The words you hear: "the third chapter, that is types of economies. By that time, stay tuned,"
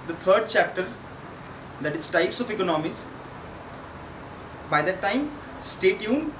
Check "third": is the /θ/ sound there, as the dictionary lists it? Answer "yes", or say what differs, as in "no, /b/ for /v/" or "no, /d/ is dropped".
no, /t/ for /θ/